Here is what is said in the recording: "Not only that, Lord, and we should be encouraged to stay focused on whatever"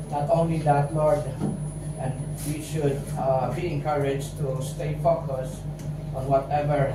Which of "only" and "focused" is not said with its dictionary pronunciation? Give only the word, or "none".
focused